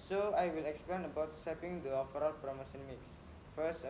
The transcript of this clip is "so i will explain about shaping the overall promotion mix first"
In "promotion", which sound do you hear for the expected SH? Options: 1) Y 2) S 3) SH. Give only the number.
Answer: 2